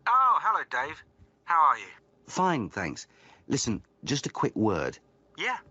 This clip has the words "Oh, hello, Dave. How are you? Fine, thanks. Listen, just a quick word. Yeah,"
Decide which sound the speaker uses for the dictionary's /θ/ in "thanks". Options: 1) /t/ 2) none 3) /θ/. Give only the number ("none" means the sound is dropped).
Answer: 3